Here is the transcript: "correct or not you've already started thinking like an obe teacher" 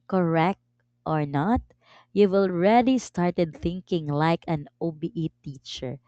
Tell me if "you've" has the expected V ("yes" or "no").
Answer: no